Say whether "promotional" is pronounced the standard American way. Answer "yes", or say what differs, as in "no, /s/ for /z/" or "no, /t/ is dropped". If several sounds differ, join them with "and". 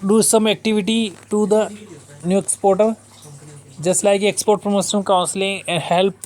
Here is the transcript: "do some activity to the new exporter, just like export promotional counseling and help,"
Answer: no, /s/ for /ʃ/